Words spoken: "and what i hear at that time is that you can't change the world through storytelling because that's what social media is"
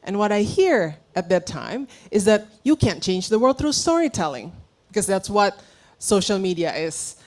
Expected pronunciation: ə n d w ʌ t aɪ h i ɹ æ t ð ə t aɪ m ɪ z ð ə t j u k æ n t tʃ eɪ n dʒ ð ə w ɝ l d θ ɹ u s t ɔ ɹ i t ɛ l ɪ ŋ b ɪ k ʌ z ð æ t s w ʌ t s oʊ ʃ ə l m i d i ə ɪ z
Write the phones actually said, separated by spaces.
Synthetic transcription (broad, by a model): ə n w ʌ t aɪ h i ɹ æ t ð ə t aɪ m ɪ z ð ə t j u k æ n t tʃ eɪ n dʒ ð ə w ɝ d θ ɹ u s t ɔ ɹ i t ɛ l ɪ ŋ b ɪ k ʌ z ð æ t s w ʌ t s oʊ ʃ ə l m i d i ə ɪ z